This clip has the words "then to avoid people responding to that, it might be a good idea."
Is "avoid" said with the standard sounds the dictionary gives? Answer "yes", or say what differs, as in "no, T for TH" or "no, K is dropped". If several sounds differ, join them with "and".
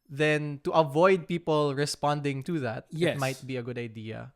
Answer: yes